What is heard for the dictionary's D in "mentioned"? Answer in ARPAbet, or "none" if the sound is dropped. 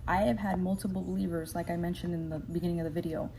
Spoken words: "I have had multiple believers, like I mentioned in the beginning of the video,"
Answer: D